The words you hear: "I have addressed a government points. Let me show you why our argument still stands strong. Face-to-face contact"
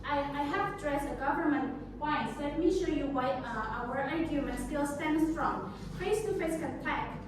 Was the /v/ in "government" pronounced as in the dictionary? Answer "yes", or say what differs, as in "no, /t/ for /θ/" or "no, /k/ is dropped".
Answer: yes